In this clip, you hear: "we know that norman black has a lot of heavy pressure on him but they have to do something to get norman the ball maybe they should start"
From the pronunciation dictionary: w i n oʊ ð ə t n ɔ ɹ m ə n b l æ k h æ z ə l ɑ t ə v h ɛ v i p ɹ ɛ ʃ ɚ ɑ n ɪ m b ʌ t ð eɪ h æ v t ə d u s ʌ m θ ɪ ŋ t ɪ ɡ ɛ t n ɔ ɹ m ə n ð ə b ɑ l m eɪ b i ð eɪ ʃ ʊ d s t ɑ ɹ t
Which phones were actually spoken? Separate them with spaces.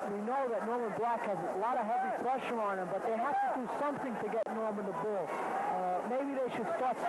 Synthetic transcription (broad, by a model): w i n oʊ ð ə t n ɔ ɹ m ə n b l æ k h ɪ z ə l ɑ t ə h ɛ v i p ɹ ɛ ʃ ɚ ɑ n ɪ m b ʌ t ð eɪ h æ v t ə d u s ʌ m θ ɪ ŋ t ɪ ɡ ɛ t n ɔ ɹ m ə n ð ə b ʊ l m eɪ b i ð eɪ ʃ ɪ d s t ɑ ɹ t